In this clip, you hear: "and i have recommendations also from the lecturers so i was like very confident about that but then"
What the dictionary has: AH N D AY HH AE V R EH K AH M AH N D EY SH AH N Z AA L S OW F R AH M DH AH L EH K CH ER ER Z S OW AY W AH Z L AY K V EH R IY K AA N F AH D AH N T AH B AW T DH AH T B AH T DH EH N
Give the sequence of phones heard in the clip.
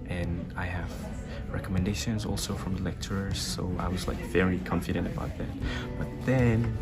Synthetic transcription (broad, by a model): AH N AY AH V R EH K AH M AH N D EY SH AH N Z AA L S OW F R AH M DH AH L EH K CH ER ER Z S OW AY W AH Z L AY K V EH R IY K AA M F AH D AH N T AH B AW T DH AH T B AH T DH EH N